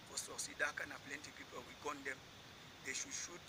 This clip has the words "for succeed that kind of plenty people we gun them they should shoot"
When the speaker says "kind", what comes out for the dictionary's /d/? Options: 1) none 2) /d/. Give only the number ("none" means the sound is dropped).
1